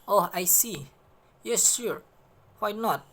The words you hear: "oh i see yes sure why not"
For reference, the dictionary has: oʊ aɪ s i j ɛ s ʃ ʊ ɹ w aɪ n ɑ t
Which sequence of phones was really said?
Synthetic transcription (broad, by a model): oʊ aɪ s i j ɛ s s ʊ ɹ w aɪ n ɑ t